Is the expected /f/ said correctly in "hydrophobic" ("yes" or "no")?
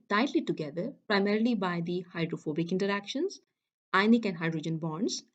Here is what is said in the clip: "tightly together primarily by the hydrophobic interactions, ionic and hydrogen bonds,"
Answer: yes